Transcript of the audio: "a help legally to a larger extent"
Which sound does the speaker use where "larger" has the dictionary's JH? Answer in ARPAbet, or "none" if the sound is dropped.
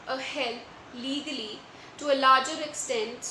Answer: JH